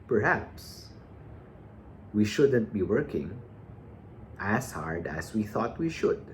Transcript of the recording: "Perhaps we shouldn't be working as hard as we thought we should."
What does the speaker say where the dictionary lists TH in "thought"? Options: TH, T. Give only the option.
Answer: TH